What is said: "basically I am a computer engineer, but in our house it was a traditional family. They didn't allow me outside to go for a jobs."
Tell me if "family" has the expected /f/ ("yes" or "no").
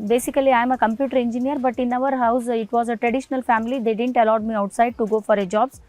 yes